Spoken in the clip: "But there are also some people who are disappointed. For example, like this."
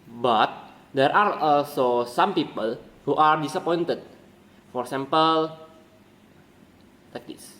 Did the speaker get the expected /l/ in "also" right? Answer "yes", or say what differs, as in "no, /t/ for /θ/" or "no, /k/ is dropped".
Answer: yes